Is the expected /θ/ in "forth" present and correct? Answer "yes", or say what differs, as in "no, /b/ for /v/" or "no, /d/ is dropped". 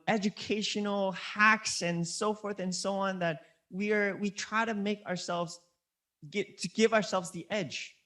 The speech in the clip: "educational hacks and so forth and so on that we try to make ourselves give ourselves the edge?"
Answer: yes